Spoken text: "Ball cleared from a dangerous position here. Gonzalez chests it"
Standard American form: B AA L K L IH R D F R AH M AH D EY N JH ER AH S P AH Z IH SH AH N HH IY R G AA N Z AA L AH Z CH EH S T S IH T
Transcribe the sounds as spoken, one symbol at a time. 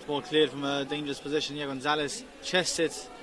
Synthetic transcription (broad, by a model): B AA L K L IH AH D F R AH M AH D EY N JH ER AH S P AH Z IH SH AH N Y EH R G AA N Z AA L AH S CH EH S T IH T